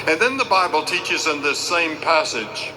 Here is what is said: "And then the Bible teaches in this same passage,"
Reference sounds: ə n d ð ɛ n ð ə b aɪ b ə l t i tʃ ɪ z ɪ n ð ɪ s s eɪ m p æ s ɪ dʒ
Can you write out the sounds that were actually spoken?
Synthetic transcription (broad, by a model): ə n ð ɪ n ð ə b aɪ b ə l t i tʃ ɪ z ɪ n ð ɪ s s eɪ m p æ s ɪ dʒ